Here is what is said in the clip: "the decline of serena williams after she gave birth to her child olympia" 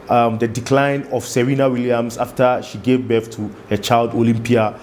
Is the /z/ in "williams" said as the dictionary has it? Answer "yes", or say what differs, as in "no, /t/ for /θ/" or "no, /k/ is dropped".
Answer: no, /s/ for /z/